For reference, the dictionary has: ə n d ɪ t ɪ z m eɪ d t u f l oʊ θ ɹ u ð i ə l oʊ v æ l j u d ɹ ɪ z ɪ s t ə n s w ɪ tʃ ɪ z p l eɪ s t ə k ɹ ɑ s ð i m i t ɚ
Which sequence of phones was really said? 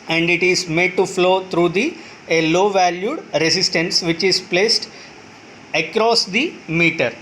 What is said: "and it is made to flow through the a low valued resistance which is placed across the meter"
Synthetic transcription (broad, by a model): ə n d ɪ t ɪ z m eɪ d t u f l oʊ t ɹ u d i ə l oʊ v æ l j u d ɹ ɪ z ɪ s t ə n s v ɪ tʃ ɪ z p l eɪ s t ə k ɹ ɑ s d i m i t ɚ